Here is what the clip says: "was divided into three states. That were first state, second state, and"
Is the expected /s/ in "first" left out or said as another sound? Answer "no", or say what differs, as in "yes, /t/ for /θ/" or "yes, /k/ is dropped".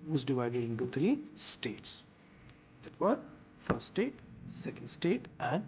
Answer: yes, /s/ is dropped